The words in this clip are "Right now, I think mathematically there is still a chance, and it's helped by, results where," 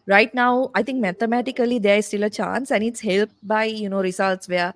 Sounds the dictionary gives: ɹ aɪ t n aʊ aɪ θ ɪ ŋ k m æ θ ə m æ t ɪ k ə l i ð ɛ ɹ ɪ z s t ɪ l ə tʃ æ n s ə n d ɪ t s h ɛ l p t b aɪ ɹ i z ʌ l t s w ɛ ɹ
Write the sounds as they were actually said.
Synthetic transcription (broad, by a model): ɹ aɪ t n aʊ aɪ t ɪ ŋ k m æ t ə m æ t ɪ k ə l i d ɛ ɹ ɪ s t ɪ l ə tʃ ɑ n s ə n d ɪ t s h ɛ l p t b aɪ ɹ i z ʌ l t s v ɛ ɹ